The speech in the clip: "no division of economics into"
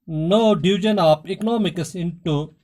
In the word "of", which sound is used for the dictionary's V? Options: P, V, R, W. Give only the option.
P